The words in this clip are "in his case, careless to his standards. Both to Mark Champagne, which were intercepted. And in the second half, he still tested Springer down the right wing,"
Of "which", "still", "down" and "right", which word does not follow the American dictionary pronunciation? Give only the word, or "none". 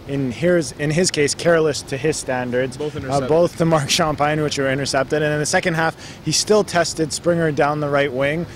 none